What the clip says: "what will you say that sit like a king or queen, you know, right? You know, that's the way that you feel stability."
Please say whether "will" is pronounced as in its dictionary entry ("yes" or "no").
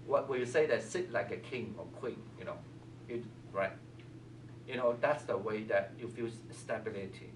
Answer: no